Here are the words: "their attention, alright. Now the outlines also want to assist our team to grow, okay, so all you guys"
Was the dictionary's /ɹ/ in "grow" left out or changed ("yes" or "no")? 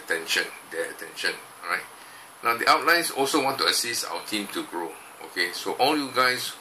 no